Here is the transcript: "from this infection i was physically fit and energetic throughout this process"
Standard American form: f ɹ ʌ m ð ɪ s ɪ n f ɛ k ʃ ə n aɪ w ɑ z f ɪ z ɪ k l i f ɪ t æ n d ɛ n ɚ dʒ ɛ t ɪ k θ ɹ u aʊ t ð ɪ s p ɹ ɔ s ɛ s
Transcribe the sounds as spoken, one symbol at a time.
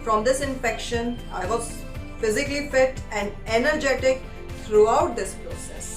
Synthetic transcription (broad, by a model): f ɹ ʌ m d ɪ s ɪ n f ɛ k ʃ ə n aɪ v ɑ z f ɪ z ɪ k l i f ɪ t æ n d ɛ n ɚ dʒ ɛ t ɪ k t ɹ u aʊ t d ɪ s p ɹ ɔ s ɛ s